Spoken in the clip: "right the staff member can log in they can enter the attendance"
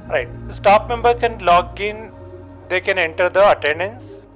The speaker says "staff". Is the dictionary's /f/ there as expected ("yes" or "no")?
no